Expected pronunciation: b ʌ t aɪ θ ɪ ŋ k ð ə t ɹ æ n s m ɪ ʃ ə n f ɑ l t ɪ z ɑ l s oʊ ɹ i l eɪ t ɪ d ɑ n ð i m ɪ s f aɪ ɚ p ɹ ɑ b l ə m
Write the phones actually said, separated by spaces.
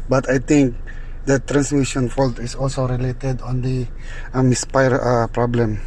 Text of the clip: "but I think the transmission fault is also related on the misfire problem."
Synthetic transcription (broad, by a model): b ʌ t aɪ t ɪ ŋ k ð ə t ɹ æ n s m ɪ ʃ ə n f ɑ l t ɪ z ɑ l s oʊ ɹ i l eɪ t ɪ d ɑ n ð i m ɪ s p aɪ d p ɹ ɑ b l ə m